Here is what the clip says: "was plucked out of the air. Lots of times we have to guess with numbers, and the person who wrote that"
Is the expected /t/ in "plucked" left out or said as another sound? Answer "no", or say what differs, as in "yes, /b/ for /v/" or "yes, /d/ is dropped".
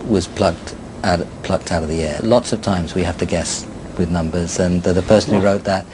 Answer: no